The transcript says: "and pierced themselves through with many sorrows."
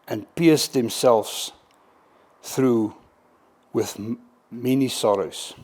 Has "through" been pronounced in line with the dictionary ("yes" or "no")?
yes